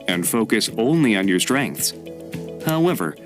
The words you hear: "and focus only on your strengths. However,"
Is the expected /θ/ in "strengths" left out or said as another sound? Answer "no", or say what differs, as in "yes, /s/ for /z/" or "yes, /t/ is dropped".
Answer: no